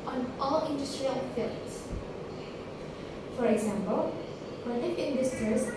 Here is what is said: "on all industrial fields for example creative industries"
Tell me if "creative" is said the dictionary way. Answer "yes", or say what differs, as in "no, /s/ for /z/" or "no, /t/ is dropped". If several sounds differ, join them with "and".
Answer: no, /f/ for /v/